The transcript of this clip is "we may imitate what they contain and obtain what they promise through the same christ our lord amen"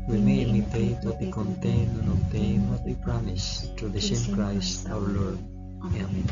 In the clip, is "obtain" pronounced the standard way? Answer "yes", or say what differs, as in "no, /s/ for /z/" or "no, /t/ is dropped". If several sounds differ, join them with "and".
no, /b/ is dropped